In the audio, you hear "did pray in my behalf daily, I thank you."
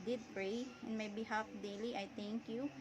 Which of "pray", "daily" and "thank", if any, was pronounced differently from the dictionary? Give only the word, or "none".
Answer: thank